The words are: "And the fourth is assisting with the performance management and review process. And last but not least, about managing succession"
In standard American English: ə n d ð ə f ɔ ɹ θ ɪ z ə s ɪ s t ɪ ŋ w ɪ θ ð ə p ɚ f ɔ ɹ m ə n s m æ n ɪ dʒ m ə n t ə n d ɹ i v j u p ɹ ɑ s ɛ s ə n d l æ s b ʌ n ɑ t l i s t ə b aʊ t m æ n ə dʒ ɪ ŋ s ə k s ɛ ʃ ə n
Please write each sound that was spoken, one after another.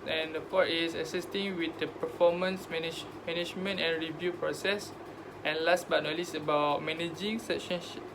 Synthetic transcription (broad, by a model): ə n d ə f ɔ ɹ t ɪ s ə s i s t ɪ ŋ w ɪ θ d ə p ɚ f ɔ m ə n s m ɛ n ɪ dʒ m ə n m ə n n ɹ i v j u p ɹ ɑ s ɛ s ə n l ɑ s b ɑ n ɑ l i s ə b aʊ t m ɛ n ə dʒ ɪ ŋ s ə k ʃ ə n